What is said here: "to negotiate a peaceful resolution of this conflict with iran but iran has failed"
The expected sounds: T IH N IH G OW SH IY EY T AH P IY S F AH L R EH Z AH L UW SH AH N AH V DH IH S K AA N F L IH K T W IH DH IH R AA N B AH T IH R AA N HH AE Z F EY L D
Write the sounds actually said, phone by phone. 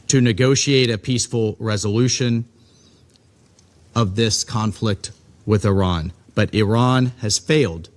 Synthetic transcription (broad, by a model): T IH N IH G OW SH IY EY T AH P IY S F L R EH Z AH L UW SH AH N AH V DH IH S K AA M F L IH K T W IH DH IH R AA N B AH T IH R AA N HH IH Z F EY L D